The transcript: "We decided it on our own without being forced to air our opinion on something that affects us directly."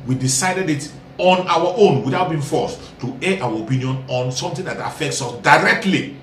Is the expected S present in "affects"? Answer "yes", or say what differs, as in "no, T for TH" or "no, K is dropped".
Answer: yes